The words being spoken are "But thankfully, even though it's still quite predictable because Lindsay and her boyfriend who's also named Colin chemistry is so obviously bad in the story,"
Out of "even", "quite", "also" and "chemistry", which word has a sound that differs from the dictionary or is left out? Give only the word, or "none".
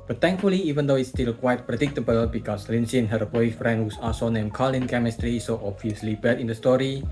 none